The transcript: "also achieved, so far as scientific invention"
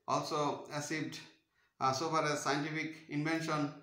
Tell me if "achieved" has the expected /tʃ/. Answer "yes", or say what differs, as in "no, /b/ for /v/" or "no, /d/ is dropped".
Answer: no, /s/ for /tʃ/